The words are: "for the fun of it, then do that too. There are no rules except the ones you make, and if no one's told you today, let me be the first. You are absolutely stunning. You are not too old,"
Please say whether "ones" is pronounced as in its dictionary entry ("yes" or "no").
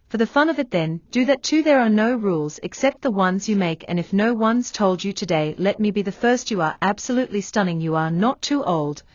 yes